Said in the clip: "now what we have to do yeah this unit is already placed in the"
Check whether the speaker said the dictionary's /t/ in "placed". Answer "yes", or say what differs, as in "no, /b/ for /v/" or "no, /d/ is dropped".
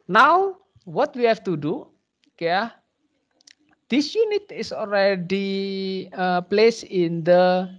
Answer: no, /t/ is dropped